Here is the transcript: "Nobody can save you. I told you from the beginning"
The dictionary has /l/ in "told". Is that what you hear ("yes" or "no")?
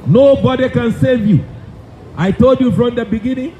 yes